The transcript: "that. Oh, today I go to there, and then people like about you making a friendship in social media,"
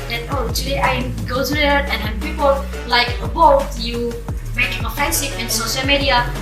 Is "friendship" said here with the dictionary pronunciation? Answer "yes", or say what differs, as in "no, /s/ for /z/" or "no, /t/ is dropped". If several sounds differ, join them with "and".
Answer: no, /ɹ/ is dropped and /s/ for /ʃ/ and /f/ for /p/